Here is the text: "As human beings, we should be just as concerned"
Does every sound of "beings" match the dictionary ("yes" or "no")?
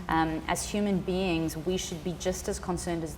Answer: yes